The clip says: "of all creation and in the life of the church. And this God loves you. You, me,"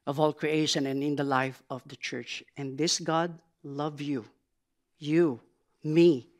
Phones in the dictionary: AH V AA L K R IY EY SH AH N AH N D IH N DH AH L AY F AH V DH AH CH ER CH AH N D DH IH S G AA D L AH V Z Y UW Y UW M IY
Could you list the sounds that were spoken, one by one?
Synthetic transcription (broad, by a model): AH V AA L K R IY EY SH AH N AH N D IH N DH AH L AY F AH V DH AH CH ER CH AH N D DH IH S G AA D L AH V Y UW Y UW M IY